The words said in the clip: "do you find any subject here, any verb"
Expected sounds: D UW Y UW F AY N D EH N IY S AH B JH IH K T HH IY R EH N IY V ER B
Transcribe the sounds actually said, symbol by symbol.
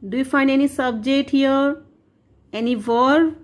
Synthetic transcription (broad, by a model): D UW Y UW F AY N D EH N IY S AH B JH IH K T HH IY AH EH N IY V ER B